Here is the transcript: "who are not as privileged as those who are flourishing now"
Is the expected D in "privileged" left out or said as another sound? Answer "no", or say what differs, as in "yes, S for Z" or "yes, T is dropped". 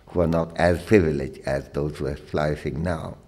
yes, D is dropped